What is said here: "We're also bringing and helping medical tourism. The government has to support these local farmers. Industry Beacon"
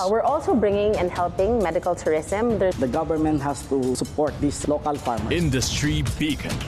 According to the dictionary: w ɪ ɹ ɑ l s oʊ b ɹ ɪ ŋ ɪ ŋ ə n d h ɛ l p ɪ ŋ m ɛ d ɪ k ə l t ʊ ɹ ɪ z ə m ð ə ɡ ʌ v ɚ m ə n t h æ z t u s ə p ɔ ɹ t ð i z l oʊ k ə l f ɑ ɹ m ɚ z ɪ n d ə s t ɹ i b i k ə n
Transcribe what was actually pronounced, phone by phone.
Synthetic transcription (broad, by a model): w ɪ ɹ ɑ l s oʊ b ɹ ɪ ŋ ɪ ŋ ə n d h ɛ l p ɪ ŋ m ɛ d ɪ k ə l t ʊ ɹ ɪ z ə m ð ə ɡ ʌ v ɚ m ə n t h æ s t u s ə p ɔ ɹ t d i s l oʊ k ə l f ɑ ɹ m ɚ ɪ n d ə s t ɹ i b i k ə